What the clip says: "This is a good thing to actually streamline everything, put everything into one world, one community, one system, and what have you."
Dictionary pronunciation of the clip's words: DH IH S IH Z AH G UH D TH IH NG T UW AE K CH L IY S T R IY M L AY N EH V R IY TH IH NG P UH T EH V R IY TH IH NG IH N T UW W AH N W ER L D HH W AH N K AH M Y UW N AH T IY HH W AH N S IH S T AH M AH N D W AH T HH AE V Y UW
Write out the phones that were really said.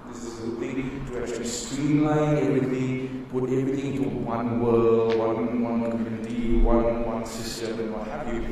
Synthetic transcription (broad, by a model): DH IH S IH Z AH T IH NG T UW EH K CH IY S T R IY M L AY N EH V R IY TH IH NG P UH T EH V R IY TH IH NG IH N T UW W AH N W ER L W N W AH N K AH M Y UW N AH T IY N W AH N S IH S T AH M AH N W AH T HH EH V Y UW